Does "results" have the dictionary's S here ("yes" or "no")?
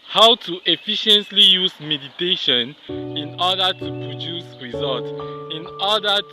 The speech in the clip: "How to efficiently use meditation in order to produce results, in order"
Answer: no